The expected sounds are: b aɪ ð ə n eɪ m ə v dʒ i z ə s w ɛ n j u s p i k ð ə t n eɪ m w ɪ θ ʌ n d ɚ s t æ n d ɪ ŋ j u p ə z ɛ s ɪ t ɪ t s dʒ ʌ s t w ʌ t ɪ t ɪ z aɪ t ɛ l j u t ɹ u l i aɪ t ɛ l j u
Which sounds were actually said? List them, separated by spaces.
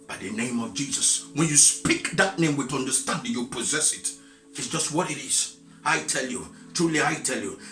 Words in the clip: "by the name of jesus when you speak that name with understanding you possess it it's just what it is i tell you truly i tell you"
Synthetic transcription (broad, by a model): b aɪ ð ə n eɪ m ə v dʒ i z ə s w ɛ n j u s p i k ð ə t n eɪ m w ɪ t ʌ n d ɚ s t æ n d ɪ j u p ə z ɛ s ɪ t ɪ t s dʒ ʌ s t w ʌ t ɪ t ɪ z aɪ t ɛ l j u t ɹ u l i aɪ t ɛ l j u